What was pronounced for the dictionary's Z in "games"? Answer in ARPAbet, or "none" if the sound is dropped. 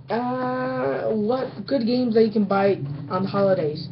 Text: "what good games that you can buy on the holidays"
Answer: Z